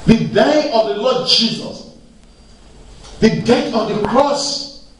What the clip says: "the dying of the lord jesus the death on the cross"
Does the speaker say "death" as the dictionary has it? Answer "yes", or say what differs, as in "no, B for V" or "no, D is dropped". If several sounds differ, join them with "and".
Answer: no, T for TH